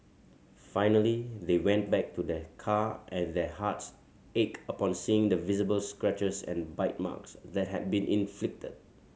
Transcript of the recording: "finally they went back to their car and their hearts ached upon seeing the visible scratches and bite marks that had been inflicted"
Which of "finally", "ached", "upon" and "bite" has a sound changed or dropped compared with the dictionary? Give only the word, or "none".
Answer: ached